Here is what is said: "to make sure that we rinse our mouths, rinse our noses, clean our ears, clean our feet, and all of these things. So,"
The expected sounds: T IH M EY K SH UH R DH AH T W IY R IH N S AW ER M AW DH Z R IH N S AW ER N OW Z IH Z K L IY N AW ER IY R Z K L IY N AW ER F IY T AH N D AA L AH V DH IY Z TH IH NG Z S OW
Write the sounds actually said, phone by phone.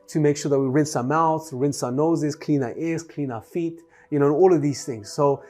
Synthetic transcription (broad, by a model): T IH M EY K SH UH R DH AH T W IY R IH N S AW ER M AW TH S R IH N S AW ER N OW Z IH Z K L IY N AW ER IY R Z K L IY N AW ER F IY T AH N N AA L AH V DH IY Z TH IH NG Z S OW